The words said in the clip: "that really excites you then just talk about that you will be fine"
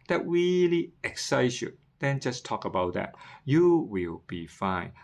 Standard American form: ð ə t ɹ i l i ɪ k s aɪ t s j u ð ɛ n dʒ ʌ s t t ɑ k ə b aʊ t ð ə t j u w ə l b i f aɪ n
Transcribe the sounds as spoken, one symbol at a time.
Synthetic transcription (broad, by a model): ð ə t ɹ i l i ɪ k s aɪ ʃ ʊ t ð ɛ n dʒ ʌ s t t ɑ k ə b aʊ t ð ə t j u w ə l b i f aɪ n